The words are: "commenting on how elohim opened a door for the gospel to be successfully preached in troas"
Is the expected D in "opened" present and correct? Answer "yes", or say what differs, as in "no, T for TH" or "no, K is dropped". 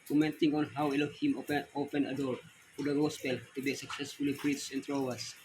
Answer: no, D is dropped